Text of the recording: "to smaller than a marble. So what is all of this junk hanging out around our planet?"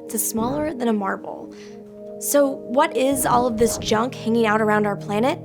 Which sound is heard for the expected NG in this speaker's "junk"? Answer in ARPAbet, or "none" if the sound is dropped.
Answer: NG